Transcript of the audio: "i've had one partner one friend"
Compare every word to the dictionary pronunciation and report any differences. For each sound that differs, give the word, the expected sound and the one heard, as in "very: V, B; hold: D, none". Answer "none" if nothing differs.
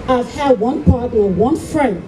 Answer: partner: N, none